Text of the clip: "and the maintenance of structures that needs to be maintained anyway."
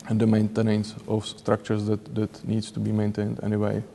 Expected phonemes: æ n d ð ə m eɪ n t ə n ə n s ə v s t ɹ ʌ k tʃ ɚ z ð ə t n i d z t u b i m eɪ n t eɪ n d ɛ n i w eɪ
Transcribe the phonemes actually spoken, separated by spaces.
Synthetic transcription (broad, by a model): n d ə m eɪ n t ə n ə n s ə f s t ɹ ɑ k tʃ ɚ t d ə t n i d s t u b i m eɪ n t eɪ n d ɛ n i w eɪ